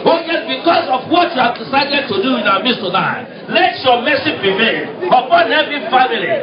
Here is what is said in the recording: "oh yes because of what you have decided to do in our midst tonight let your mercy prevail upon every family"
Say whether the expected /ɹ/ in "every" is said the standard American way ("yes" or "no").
no